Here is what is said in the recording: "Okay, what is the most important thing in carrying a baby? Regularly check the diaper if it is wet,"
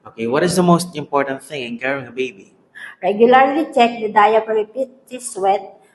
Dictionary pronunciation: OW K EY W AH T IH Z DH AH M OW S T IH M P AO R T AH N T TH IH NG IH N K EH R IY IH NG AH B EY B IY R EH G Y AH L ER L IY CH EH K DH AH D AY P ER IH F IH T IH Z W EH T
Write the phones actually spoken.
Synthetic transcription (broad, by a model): OW K EY W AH T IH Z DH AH M OW S T IH M P AO R T AH N T TH IH NG IH N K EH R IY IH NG AH B EY B IY R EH G Y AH L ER L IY CH EH K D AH D AY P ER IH P IH T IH S W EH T